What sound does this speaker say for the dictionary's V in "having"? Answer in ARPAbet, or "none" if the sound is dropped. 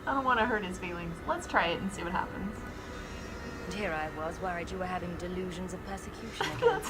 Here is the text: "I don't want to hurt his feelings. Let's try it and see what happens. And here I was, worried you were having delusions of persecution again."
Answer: V